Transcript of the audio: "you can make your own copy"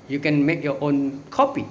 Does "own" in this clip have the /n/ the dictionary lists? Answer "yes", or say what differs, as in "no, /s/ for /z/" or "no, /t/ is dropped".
yes